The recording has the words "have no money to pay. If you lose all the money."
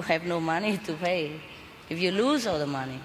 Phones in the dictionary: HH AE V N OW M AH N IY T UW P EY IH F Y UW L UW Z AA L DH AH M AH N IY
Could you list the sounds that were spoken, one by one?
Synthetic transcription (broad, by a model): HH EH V N OW M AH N IY T UW B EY IH F Y UW L UW Z AA L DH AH M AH N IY